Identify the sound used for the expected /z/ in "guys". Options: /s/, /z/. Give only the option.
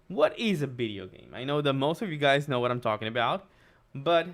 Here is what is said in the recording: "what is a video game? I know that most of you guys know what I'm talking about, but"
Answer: /z/